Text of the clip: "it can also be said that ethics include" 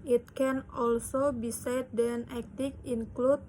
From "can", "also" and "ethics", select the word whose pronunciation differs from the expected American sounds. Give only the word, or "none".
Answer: ethics